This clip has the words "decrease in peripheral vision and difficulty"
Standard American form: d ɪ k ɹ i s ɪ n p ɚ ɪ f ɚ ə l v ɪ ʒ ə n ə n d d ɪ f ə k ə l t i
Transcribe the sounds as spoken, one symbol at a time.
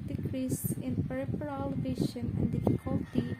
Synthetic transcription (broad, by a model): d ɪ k ɹ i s ɪ n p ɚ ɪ p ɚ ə l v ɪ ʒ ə n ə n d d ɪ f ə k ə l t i